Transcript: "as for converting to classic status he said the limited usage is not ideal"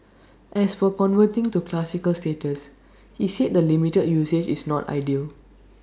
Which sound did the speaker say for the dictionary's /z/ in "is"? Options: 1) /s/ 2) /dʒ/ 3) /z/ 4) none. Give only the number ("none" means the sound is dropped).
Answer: 1